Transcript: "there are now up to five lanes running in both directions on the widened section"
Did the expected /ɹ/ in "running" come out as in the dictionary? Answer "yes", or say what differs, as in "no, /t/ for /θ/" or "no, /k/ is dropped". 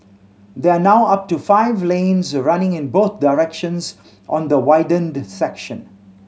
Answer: yes